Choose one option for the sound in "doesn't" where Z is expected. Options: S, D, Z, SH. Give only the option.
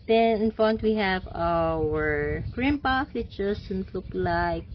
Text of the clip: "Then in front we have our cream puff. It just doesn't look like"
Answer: S